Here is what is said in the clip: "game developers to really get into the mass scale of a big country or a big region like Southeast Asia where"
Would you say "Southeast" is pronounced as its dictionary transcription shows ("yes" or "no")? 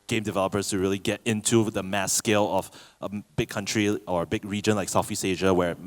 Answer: no